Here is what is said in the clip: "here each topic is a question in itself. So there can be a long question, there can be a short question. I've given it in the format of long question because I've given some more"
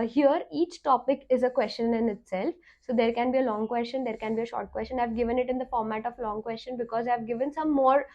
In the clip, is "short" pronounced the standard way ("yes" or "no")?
yes